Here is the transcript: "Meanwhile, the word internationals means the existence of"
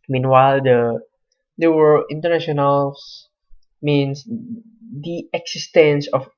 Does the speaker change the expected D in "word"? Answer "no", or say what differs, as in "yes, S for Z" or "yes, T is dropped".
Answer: yes, D is dropped